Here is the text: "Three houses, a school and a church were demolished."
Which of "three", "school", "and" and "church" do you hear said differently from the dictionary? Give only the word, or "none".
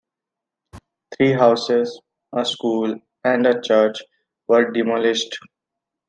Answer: three